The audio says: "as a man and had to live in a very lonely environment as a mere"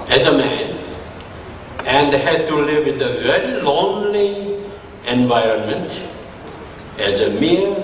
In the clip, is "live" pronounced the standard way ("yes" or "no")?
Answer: yes